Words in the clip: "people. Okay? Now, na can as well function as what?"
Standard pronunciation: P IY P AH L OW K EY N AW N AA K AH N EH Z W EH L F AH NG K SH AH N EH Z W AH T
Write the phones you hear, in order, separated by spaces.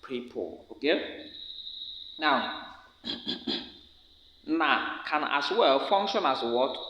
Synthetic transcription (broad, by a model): P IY P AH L OW K EY N AW N AA K AH N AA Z W EH L F AH NG K SH AH N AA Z W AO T